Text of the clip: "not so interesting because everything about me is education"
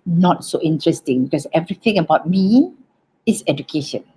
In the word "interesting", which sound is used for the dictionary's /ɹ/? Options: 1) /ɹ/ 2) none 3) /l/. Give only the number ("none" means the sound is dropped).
1